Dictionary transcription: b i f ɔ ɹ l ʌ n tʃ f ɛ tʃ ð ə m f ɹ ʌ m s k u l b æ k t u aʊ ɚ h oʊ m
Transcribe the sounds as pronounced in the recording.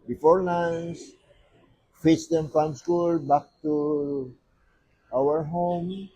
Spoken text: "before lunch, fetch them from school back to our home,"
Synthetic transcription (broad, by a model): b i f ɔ ɹ n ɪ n s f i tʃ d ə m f ɹ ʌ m s k u l b æ k t u aʊ ɚ h oʊ m